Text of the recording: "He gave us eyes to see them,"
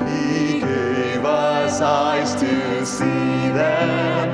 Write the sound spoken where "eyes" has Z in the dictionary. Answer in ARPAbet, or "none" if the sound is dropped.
S